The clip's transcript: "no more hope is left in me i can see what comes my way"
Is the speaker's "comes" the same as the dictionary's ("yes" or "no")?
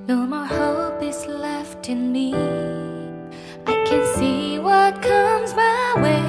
yes